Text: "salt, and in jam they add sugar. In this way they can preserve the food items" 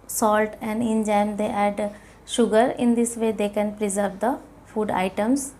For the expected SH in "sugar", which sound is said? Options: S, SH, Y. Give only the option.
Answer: SH